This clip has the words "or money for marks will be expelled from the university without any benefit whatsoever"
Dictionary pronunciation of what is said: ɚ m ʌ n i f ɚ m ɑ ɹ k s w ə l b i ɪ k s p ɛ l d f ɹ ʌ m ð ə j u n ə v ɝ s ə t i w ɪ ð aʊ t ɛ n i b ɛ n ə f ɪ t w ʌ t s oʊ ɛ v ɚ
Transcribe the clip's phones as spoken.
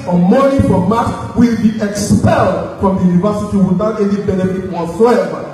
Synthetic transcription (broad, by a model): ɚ m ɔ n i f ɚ m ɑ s w ə l b i ɪ k s p ɛ l d f ɹ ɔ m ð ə j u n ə v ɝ s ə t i w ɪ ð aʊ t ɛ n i b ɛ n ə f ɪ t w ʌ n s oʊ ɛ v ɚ